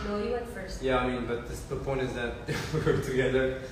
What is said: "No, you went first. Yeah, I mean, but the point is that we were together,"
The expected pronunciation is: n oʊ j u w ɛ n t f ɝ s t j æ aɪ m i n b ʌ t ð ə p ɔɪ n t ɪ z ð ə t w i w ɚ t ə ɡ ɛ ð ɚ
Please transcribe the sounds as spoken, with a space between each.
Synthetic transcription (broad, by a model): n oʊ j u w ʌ t f ɝ s t j æ aɪ m i n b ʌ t ð ə p ɔɪ n t ɪ z ð ə t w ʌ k t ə ɡ ɛ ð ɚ